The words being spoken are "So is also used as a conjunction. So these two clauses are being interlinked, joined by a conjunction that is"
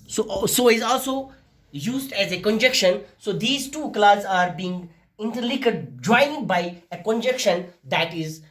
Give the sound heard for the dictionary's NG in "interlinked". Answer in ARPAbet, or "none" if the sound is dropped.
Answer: none